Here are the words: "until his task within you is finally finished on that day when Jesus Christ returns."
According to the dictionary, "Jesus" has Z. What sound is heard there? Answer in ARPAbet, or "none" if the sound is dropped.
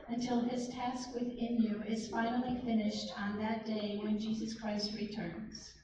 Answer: Z